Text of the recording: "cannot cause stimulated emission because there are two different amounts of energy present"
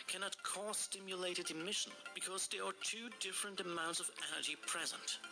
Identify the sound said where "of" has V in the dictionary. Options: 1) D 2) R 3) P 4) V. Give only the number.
4